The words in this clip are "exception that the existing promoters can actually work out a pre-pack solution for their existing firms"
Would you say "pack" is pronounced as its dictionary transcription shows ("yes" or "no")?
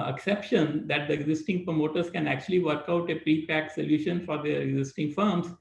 yes